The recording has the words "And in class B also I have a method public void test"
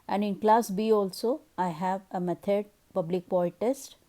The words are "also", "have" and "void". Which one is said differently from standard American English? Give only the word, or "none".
void